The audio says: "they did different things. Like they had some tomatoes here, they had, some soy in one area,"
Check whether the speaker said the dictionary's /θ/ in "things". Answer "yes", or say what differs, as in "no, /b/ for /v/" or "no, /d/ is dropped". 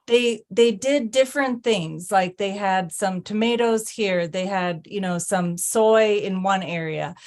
yes